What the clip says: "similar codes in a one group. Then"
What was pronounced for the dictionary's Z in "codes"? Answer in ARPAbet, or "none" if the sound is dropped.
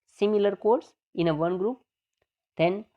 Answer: S